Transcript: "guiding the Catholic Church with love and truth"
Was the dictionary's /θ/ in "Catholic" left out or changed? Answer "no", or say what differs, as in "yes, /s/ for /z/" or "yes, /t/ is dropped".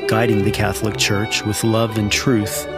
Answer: no